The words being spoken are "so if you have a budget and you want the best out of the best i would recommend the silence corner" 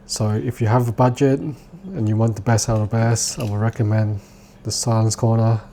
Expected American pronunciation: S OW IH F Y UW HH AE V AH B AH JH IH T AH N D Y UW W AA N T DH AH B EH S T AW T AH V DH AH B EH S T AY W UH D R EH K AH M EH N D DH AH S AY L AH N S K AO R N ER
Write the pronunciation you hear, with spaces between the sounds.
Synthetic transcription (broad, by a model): S OW IH F Y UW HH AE V AH B AH JH IH T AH N Y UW W AA N T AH B EH S AW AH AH B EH S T AY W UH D R EH K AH M EH N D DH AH S AY L AH N S K AO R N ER